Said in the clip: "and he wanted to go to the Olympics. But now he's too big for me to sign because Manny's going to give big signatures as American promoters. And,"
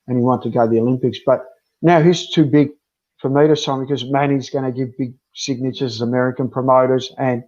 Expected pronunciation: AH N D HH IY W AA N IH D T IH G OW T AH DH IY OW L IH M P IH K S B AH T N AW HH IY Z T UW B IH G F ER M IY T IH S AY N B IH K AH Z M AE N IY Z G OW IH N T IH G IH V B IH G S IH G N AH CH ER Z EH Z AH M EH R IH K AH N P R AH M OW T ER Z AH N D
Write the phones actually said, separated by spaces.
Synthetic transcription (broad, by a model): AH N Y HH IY W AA N T IH G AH DH IY OW L IH M P IH K S B AH T N AW HH IY Z T UW B IH G F ER M IY T IH S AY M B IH K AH Z M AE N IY Z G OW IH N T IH G IH V B IH G S IH G N AH CH ER Z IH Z AH M EH R IH K AH N P R AH M OW T ER Z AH N